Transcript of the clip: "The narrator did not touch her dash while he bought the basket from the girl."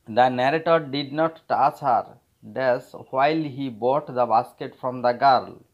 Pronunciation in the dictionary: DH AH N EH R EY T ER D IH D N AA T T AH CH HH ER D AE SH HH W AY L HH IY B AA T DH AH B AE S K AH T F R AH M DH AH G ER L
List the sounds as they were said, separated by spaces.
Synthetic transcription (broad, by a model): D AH N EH R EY T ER D IH D N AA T T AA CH HH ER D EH S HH W AY L HH IY B AA T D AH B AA S K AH T F R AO M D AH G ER L